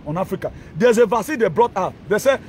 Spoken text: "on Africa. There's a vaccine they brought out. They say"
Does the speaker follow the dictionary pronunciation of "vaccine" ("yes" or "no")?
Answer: no